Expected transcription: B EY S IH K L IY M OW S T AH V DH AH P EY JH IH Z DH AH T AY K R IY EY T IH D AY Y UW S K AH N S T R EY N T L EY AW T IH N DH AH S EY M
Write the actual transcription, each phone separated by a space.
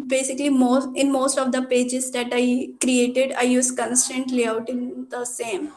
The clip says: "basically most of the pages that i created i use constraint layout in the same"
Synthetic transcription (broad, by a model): B EY S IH K L IY M OW S T AH V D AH P EY JH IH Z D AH T AY K R IY EY T IH D AY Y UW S K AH N S T AH N T L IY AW T IH N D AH S EY M